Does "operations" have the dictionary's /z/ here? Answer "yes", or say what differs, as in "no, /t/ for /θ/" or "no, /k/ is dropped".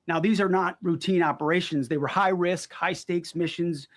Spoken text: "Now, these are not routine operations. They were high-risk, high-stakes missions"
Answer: yes